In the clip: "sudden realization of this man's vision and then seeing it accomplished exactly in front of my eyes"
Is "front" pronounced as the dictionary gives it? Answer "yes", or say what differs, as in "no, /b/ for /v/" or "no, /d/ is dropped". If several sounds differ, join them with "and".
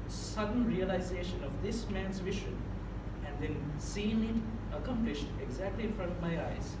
yes